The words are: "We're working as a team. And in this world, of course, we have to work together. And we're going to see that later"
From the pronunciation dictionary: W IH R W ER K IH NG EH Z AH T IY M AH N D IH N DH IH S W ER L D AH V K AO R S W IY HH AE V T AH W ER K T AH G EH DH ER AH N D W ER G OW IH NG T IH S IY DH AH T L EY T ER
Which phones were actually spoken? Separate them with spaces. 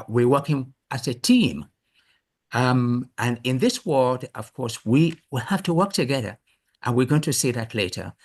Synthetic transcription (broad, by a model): W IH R W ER K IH NG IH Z AH T IY M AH N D IH N DH IH S W ER L D AH V K AO R S W IY HH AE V T AH W ER K T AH G EH DH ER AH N W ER G OW IH NG T IH S IY DH AH T L EY T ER